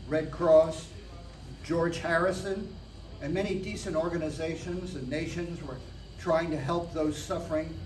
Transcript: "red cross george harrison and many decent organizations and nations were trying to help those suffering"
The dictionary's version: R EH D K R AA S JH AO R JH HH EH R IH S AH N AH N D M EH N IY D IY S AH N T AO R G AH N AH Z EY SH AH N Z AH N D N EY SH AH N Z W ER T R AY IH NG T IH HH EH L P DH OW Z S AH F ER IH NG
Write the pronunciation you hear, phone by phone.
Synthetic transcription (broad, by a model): R EH D K R AA S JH AO R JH HH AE R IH S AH N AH N M EH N IY D IY S AH N T AO R G AH N AH Z EY SH AH N Z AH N N EY SH AH N Z W ER T R AY IH NG T IH HH EH L P DH OW Z S AH F ER IH NG